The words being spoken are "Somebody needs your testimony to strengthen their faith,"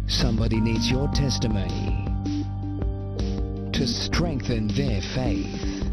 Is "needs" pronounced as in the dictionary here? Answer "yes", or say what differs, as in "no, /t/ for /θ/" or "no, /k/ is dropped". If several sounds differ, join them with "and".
yes